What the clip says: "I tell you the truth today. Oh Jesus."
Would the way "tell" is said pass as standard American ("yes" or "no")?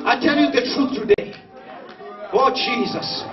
yes